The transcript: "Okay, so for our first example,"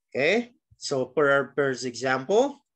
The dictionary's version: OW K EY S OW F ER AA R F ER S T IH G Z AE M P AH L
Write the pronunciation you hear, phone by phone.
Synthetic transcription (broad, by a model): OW K EY S OW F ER R P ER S IH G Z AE M P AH L